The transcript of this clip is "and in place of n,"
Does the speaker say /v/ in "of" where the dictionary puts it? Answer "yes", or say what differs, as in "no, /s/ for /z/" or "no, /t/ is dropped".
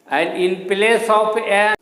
no, /p/ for /v/